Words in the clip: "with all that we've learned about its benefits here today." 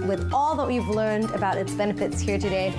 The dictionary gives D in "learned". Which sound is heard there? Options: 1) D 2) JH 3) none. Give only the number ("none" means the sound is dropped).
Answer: 1